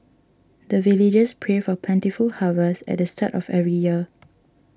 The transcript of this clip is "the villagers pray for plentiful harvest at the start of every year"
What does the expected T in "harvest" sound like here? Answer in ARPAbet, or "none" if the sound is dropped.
none